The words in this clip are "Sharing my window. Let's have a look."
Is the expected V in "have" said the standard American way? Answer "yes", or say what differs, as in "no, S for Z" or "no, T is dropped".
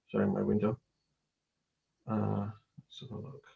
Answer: no, P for V